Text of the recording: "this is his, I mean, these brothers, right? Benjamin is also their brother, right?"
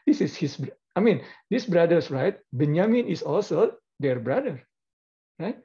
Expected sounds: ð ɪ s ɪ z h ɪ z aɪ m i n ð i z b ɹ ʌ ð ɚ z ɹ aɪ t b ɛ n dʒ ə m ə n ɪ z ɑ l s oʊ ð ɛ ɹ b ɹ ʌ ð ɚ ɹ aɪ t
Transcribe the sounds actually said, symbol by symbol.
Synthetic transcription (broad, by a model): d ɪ s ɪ s h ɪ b aɪ m i n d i s b ɹ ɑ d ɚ s ɹ aɪ t b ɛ n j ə m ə n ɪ s ɑ l s oʊ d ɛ ɹ b ɹ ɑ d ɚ ɹ aɪ t